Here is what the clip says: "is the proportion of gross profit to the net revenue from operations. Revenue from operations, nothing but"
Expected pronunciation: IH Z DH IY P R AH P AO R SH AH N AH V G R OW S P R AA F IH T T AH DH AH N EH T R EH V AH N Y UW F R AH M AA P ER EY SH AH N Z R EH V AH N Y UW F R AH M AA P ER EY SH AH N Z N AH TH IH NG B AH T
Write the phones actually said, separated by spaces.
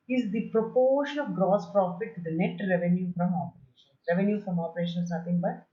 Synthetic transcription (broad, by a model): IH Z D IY P R AH P AO R SH AH N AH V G R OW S P R AA F IH T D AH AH N EH T R EH V AH N Y UW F R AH M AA P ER EY SH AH N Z R EH V AH N Y UW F R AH M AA P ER EY SH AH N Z N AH T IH NG B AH T